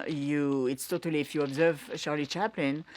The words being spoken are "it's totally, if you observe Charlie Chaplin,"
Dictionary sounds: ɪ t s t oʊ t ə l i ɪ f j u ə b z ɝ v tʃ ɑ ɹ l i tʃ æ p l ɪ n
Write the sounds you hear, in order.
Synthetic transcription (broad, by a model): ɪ t s t oʊ t ə l i ɪ f j u ə b z ɝ v ʃ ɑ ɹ l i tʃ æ p l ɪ n